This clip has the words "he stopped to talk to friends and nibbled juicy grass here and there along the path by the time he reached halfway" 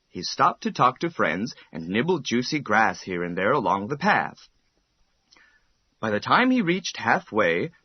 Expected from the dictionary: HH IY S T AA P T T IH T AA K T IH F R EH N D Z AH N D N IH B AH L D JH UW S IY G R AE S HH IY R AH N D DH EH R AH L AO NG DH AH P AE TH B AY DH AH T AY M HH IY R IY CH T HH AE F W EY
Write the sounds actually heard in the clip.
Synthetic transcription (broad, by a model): HH IY S T AA P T T IH T AA K T IH F R EH N D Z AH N N IH B L D JH UW S IY G R AE S HH IY R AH N DH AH R AH L AO NG DH AH P AE TH B AY DH AH T AY M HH IY R IY CH T HH AE F W EY